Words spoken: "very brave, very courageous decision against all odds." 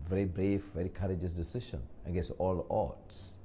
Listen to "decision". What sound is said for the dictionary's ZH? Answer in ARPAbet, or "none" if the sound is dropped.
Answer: SH